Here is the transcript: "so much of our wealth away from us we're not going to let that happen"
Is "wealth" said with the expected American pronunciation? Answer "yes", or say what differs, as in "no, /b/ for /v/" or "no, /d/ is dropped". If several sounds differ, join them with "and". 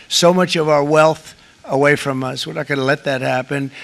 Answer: yes